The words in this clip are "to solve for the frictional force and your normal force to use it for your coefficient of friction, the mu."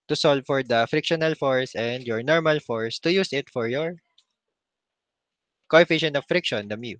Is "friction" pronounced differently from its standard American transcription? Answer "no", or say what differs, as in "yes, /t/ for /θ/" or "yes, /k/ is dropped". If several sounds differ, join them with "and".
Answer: no